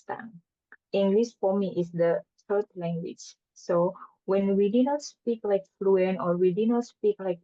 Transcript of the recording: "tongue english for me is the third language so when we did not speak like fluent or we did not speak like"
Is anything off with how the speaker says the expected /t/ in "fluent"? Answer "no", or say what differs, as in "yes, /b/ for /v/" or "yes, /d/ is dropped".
yes, /t/ is dropped